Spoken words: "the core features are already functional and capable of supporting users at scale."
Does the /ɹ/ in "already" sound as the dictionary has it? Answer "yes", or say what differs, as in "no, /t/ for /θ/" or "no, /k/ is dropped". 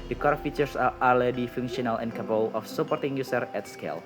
no, /ɹ/ is dropped